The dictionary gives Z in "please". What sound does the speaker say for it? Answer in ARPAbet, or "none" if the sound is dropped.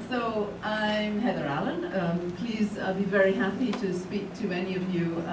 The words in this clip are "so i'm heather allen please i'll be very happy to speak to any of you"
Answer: Z